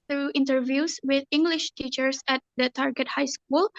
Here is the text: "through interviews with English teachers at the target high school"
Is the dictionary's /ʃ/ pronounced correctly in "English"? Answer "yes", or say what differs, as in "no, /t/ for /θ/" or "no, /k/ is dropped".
yes